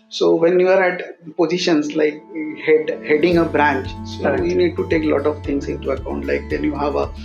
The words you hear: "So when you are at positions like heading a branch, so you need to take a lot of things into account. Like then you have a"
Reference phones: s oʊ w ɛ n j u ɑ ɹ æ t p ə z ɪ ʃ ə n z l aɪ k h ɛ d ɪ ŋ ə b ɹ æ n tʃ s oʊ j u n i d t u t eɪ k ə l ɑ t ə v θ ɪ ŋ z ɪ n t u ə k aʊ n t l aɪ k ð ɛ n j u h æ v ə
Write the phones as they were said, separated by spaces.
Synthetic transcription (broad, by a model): s oʊ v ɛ n j u ɑ ɹ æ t p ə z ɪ ʃ ə n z l aɪ k h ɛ d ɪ ŋ ə b ɹ æ n tʃ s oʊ j u n i d t u t eɪ k l ɑ t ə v t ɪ ŋ s ɪ n t u ə k aʊ n t l aɪ k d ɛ n j u h æ v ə